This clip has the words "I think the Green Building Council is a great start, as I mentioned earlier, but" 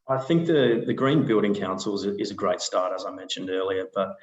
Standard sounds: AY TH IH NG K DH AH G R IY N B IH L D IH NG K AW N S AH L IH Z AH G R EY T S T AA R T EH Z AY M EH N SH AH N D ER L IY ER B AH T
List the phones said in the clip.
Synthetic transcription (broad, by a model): AY TH IH NG K DH AH G R IY N B IH L D IH NG K AW N S L IH Z AH G R EY T S T AA R T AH Z AY M EH N SH AH N D ER L IY ER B AH T